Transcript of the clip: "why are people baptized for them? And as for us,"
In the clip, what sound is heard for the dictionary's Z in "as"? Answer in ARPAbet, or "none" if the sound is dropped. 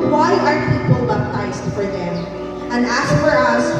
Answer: S